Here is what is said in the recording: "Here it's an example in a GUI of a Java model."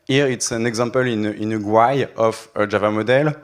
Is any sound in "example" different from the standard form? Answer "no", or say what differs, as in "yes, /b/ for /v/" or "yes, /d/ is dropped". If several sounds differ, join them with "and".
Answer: yes, /m/ is dropped